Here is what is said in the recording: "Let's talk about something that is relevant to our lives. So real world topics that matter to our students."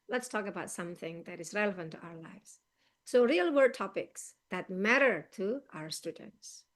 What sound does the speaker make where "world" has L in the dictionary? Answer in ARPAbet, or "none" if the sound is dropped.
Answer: none